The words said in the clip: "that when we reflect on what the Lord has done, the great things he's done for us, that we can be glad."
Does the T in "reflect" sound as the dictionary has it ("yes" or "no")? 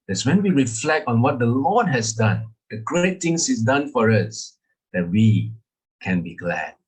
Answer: yes